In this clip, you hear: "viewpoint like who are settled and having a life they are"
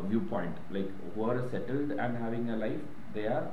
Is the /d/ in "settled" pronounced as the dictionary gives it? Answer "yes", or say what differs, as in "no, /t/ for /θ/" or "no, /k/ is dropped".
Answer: yes